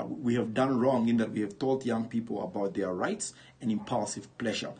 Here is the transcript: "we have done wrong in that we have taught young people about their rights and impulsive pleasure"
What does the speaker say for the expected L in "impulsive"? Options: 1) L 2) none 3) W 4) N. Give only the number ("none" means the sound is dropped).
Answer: 1